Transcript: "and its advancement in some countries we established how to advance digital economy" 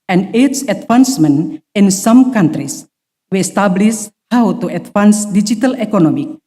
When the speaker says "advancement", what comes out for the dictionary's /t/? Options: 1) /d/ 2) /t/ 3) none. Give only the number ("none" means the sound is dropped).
3